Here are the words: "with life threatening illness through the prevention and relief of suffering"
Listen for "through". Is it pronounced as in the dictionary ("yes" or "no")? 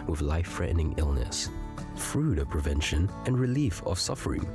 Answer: no